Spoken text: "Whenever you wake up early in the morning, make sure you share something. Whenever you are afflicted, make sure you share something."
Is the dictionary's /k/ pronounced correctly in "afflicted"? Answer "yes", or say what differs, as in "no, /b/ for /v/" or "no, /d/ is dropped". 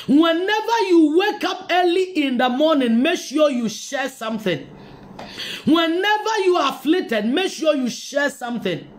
no, /k/ is dropped